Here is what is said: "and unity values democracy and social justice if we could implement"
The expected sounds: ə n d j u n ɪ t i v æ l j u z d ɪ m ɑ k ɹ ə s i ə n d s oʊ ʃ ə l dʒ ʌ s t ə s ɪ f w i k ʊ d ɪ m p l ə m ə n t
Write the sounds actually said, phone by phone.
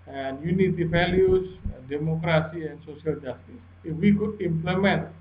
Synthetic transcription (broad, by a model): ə n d j u n ɪ t i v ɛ l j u s d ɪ m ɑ k ɹ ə s i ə n s oʊ s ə l dʒ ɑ s t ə s ɪ f w i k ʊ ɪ m p l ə m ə n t